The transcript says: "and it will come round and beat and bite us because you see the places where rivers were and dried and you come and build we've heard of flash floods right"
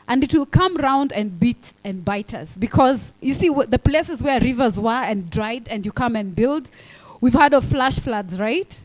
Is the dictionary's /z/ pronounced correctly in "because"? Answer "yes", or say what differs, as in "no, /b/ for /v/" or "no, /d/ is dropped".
yes